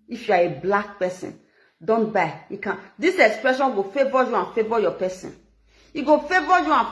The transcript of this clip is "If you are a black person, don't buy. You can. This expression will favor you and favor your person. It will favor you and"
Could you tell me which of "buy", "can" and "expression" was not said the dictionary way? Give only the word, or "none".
none